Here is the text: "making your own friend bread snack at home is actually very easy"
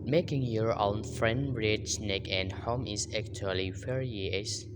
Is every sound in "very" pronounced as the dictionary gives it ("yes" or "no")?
no